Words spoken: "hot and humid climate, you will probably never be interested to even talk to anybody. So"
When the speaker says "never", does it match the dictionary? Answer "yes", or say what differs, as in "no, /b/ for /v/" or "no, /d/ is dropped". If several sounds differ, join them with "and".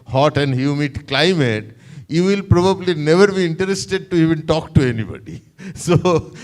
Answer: yes